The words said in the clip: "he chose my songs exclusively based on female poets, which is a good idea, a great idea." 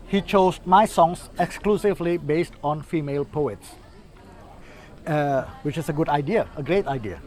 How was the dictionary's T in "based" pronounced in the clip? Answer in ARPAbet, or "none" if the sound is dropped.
T